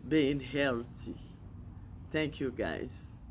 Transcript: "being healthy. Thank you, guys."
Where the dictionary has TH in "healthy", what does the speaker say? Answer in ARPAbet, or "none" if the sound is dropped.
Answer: T